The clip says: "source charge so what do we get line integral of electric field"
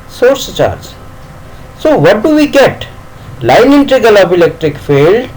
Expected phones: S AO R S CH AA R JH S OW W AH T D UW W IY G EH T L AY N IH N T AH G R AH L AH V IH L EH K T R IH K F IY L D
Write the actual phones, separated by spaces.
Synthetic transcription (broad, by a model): S AO R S CH AA R JH S OW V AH T D UW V IY G EH T L AY N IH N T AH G AH L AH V IH L EH K T R IH K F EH L D